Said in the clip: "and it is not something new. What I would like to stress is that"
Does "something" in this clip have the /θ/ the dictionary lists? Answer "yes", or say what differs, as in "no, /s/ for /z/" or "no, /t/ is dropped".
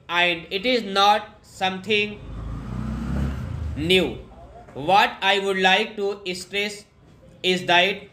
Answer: no, /t/ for /θ/